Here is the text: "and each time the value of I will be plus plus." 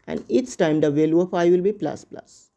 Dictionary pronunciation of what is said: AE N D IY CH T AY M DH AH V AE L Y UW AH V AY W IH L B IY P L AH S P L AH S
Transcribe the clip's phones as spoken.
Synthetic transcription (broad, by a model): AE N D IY S T AY M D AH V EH L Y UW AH F AY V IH L B IY P L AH S P L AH S